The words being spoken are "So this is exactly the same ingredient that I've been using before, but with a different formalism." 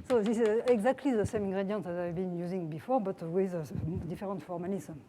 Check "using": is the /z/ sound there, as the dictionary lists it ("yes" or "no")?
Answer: yes